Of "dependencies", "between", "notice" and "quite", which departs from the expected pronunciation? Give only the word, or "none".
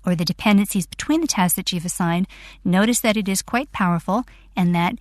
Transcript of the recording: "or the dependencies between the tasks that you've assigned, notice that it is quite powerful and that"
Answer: none